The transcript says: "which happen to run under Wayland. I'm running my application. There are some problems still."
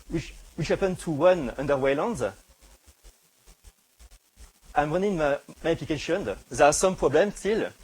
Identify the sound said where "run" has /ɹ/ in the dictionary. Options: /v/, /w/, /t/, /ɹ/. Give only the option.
/w/